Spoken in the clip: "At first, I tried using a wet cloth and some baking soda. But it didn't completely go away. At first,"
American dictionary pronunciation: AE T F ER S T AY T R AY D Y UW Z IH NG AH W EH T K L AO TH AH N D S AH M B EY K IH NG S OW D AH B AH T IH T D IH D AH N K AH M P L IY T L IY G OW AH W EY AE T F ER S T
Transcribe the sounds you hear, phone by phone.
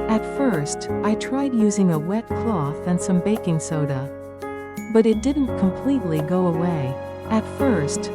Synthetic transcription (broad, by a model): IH T F ER S T AY T R AY D Y UW Z IH NG AH W EH T K L AO TH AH N S AH M B EY K IH NG S OW D AH B AH T IH T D IH D N K AH M P L IY T L IY G OW AH W EY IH T F ER S T